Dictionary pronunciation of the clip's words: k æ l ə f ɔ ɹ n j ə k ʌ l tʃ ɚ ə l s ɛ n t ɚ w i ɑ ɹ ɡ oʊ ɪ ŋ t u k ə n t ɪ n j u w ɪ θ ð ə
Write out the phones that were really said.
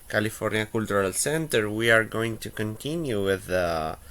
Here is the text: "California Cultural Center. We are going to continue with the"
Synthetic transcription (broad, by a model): k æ l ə f ɔ ɹ n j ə k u l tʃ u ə l s ɛ n t ɚ w i ɑ ɹ ɡ oʊ ɪ ŋ t u k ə n t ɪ n j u w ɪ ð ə